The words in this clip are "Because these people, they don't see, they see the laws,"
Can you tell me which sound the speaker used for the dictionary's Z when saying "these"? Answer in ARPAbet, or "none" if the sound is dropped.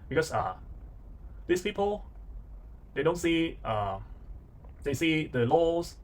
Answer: S